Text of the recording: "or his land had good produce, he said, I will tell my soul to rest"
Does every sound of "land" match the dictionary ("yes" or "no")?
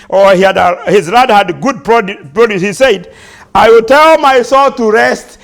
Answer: no